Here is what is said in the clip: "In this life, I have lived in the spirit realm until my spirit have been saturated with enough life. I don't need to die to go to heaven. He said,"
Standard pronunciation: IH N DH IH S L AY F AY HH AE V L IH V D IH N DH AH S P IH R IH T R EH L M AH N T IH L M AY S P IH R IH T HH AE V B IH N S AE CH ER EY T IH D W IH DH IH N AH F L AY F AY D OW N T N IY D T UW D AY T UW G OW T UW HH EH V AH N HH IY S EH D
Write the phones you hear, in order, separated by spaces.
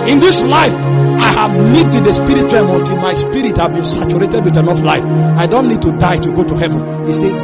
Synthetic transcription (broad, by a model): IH N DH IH S L AY F AY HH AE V N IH D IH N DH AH S P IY R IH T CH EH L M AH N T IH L M AY S P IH R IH T HH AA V B IH N S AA CH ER EY T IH D W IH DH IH N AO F L AY F AY D OW N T N IY D T UW D AY T UW G OW T UW HH EH V AH N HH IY S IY